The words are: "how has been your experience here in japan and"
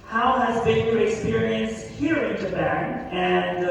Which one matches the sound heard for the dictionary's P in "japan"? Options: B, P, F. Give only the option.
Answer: B